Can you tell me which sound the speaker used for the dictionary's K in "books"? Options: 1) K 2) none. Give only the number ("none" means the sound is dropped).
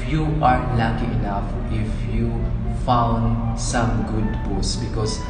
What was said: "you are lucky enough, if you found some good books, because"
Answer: 2